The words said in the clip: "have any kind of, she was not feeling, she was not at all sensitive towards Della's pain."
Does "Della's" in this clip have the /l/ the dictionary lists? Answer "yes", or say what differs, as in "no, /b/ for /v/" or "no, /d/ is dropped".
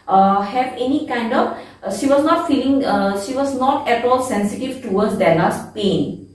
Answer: no, /n/ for /l/